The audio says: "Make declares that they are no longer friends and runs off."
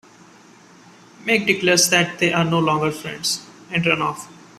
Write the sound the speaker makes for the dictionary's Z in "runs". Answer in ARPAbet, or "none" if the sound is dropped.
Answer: none